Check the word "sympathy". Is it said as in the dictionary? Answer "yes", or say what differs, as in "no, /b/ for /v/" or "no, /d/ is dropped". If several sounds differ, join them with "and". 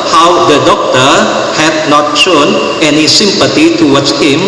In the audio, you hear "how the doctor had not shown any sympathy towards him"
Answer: no, /t/ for /θ/